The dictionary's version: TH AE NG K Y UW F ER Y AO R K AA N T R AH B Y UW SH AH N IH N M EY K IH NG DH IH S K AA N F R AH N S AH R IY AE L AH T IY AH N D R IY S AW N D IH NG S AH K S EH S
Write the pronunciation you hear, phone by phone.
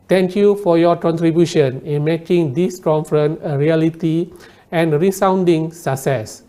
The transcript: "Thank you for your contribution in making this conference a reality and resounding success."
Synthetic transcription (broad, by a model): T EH NG K Y UW F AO Y AO K AA N T R AH B Y UW SH AH N IH N M EY K IH NG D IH S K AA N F R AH N AH R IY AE L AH T IY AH N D R IY S AW N D IH NG S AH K S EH S